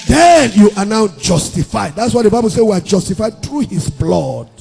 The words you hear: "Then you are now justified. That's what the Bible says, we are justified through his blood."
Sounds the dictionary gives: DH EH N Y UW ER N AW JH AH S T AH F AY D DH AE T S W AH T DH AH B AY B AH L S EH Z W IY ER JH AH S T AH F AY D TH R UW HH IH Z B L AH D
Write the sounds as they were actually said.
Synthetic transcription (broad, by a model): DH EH N Y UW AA N AW JH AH S T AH F AY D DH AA T S W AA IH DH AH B AY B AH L S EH W IY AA JH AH S T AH F AY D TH R UW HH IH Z B L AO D